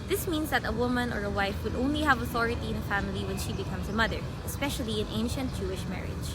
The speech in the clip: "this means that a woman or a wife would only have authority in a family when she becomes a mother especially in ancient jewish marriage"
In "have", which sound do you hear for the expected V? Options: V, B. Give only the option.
V